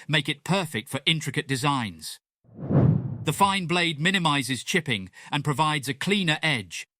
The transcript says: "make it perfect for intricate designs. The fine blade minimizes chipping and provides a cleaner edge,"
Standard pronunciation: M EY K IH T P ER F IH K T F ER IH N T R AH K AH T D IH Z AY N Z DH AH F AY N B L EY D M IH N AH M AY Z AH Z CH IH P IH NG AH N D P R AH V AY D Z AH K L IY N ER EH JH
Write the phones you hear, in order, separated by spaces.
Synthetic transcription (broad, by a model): M EY K IH T P ER F IH K T F ER IH N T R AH K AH T D IH Z AY N Z DH AH F AY N B L EY D M IH N AH M AY Z AH Z CH IH P IH NG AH N P R AH V AY D Z AH K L IY N ER EH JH